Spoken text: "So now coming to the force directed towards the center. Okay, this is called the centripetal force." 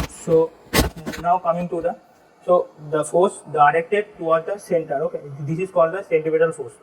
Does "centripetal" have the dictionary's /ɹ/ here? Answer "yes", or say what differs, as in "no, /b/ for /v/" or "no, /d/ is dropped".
no, /ɹ/ is dropped